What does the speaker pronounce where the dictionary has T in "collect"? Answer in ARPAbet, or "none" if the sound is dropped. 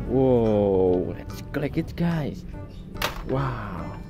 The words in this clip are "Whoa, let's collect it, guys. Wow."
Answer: none